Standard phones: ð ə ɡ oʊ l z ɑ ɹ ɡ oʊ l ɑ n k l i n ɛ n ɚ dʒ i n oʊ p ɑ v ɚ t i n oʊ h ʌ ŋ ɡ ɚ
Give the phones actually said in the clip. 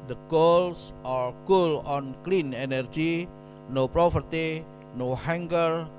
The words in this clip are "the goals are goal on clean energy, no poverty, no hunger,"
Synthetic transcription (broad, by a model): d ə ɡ oʊ l s ɑ ɹ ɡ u l ɑ n k l i n ɛ n ɚ dʒ i n oʊ p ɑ p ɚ t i n oʊ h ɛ ŋ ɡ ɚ